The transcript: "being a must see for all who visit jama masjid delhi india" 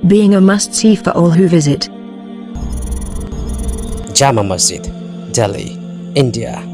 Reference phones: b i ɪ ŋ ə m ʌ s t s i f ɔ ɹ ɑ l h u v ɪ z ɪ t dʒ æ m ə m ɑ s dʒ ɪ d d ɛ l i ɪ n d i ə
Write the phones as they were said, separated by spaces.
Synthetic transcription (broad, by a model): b i ɪ ŋ ə m ʌ s t i f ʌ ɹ ɑ l h u v ɪ z ɪ t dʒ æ m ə m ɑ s ɪ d d ɛ l i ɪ n d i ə